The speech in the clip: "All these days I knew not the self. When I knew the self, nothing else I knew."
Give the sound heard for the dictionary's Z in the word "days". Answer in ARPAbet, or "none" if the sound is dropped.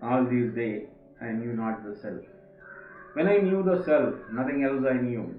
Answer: none